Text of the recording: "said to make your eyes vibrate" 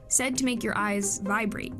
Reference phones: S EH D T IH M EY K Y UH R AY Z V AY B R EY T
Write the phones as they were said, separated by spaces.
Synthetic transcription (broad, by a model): S EH D T IH M EY K Y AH R AY Z V AY B R EY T